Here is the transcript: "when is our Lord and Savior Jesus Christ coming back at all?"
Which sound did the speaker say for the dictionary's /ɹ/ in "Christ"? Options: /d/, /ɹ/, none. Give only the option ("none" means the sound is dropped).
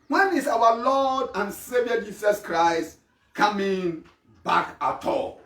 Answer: /ɹ/